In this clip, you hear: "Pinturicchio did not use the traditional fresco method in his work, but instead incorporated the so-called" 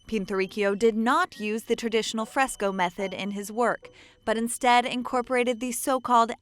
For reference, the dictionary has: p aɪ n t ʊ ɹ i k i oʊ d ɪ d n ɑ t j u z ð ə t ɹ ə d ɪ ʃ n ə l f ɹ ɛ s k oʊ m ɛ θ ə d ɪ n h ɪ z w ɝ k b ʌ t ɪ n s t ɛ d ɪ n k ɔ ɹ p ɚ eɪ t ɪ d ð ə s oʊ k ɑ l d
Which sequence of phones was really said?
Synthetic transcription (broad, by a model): p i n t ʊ ɹ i k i oʊ d ɪ d n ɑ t j u z ð ə t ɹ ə d ɪ ʃ n l f ɹ ɛ s k oʊ m ɛ θ ə d ɪ n ɪ z w ɝ k b ʌ t ɪ n s t ɛ d ɪ n k ɔ ɹ p ɚ eɪ t ɪ d ð ə s oʊ k ɑ l d